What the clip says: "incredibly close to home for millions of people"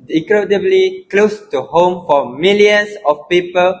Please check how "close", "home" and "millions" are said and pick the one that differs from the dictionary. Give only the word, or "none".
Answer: millions